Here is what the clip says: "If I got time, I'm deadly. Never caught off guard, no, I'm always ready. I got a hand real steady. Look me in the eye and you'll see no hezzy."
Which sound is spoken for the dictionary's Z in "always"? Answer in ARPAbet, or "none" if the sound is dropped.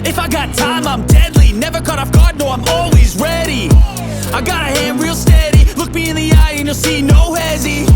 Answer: Z